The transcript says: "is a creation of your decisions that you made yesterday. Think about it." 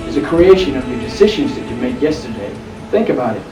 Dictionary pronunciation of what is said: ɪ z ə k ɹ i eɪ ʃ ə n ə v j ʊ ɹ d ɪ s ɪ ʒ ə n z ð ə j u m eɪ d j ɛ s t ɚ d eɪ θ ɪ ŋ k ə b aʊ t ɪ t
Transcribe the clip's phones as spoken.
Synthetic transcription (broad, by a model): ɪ z ə k ɹ i eɪ ʃ ə n ə v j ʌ ɹ d ɪ s ɪ ʒ ə n z ð ə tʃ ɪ m eɪ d j ɛ s t ɚ d eɪ θ ɪ ŋ k ə b aʊ t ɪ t